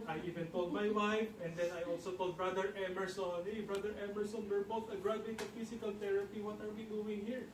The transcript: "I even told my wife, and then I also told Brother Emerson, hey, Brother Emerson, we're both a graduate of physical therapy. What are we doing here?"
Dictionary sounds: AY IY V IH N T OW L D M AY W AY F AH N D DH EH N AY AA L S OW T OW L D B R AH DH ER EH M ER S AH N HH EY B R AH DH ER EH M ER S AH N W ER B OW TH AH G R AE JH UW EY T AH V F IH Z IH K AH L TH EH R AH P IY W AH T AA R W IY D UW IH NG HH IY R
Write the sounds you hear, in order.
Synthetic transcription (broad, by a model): AY IY V IH N T OW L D M AY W AY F AH N D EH N AY AA L S OW T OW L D B R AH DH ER EH M ER S AH N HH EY B R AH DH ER EH M ER S AH N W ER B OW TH AH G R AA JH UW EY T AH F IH S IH K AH L T EH R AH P IY W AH T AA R W IY D UW IH NG HH IY R